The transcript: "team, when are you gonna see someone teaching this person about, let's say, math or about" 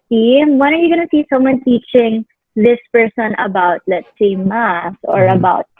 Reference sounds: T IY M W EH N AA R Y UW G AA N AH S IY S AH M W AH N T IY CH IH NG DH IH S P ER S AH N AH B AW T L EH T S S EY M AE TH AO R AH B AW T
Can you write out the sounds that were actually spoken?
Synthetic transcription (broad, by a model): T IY M W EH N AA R Y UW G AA N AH S IY S AH M W AH N T IY CH IH NG DH IH S P ER S AH N AH B AW T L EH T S S EY M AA S AO R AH B AW T